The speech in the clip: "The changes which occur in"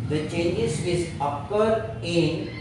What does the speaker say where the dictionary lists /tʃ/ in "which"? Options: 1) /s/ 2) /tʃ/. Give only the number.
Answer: 1